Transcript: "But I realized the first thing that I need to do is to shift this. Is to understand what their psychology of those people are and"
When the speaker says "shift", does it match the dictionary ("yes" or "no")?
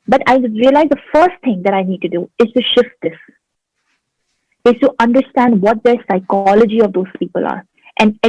yes